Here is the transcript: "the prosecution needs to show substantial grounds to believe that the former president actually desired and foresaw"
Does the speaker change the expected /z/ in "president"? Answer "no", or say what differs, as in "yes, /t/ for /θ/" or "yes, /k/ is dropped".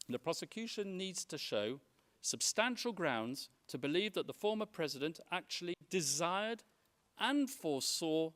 no